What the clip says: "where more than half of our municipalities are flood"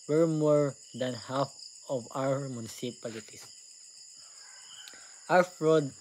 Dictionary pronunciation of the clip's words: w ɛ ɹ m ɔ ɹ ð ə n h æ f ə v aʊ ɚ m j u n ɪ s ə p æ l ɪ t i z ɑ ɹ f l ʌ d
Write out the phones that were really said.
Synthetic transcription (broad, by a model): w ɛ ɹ m ɔ ɹ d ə n h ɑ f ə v aʊ ɚ m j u n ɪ s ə p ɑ l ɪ t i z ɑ w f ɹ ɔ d